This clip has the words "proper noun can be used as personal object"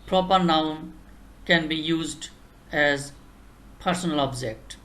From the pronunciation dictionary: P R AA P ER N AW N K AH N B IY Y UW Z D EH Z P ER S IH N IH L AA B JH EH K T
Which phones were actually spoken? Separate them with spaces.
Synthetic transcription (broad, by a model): P R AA P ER N AW N K AH N B IY Y UW Z D EH Z P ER S N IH L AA B JH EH K T